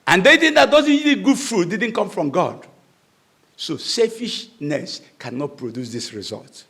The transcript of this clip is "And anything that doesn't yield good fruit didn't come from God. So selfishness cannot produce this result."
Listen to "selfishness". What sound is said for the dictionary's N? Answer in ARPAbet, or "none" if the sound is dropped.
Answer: N